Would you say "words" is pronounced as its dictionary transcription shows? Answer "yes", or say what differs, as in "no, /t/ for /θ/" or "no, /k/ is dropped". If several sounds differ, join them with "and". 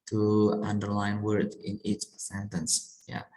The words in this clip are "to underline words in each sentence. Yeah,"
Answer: no, /z/ is dropped